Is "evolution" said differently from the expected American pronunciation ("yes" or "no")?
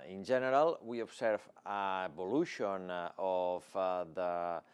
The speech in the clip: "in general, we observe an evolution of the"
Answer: yes